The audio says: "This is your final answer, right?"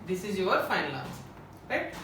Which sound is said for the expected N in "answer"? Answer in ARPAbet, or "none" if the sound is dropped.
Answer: none